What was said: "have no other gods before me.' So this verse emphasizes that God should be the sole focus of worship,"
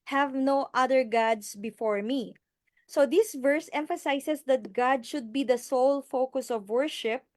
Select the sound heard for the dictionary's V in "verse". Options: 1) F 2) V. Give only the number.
2